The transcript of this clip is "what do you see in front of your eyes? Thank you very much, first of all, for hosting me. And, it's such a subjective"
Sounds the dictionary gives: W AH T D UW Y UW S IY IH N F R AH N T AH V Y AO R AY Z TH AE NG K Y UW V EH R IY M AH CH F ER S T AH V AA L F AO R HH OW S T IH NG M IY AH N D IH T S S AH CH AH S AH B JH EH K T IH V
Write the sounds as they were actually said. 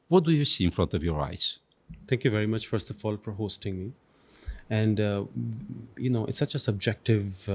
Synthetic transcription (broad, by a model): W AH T D UW Y UW S IY IH N F R AH N T AH V Y AO R AY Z T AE NG K Y UW V EH R IY M AH CH F ER S T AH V AA L F AO R HH OW S T IH NG M IY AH N D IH T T S AH CH AH S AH B JH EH K T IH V